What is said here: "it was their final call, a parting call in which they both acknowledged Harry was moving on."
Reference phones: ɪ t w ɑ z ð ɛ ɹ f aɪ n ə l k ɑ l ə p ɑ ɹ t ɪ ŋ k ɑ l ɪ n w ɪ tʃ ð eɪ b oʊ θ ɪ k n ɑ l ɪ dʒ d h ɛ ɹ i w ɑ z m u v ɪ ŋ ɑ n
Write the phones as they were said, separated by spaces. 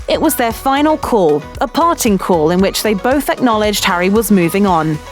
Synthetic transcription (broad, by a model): ɪ t w ɑ z ð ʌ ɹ f aɪ n ə l k ɑ l ə p ɑ t ɪ ŋ k ɑ l ɪ n w ɪ tʃ ð eɪ b oʊ θ ɪ k n ɑ l ɪ dʒ d h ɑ ɹ i w ɑ z m u v ɪ ŋ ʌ n